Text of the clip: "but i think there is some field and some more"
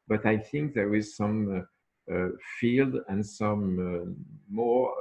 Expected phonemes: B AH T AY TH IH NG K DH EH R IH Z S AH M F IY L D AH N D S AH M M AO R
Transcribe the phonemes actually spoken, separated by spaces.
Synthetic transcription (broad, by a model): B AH T AY TH IH NG K DH EH R IH Z S AH M F IY L D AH N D S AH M M AO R